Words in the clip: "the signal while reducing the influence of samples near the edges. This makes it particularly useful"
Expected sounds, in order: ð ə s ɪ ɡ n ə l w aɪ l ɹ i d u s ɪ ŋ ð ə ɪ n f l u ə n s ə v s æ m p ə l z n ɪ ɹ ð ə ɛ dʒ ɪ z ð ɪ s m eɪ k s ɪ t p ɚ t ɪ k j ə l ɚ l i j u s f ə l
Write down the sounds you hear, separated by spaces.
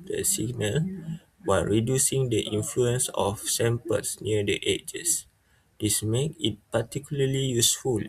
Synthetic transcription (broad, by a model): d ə s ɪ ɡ n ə l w aɪ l ɹ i d u s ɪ ŋ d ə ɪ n f l u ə n s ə f s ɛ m p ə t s n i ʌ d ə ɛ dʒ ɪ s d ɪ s m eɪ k ɪ t p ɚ t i k j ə l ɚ l i j u s f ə l